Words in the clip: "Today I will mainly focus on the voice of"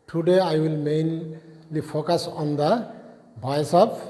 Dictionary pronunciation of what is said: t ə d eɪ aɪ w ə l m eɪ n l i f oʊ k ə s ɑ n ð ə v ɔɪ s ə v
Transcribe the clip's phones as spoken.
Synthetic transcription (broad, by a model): t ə d eɪ aɪ w ə l m eɪ n l i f oʊ k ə s ɑ n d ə b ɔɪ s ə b